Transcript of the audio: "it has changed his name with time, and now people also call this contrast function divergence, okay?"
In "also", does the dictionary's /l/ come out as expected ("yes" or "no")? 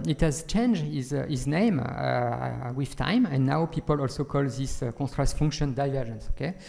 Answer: yes